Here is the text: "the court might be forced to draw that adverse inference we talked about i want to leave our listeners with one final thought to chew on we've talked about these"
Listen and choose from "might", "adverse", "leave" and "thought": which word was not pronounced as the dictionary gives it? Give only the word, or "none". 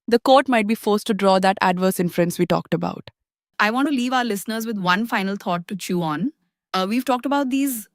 thought